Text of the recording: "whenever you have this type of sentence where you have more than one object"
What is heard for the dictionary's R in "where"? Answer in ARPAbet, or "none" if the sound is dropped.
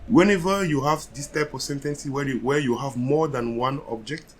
W